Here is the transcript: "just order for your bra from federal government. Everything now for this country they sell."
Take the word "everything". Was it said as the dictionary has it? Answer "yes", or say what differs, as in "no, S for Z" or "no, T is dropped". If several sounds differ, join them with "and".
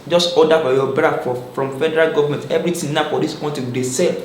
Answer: no, T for TH